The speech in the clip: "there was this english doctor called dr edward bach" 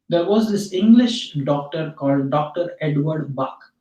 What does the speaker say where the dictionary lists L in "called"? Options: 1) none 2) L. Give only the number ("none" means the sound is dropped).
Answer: 2